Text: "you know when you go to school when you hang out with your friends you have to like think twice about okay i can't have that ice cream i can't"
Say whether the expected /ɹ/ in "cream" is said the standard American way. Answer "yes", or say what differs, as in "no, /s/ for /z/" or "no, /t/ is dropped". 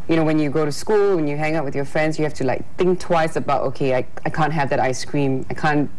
yes